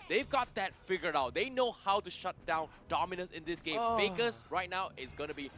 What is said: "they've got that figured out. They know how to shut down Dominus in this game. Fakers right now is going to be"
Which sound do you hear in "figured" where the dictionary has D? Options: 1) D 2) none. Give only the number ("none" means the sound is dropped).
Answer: 2